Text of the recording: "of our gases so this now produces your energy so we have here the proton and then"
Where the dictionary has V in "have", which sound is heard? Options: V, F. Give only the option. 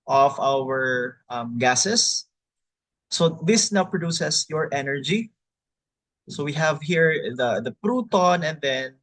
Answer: V